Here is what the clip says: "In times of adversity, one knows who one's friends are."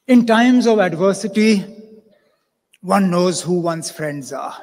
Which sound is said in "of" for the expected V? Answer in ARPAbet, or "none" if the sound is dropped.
V